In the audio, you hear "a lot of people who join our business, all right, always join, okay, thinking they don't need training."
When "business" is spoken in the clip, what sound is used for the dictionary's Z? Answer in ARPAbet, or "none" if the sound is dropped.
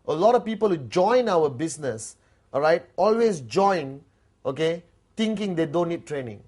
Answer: S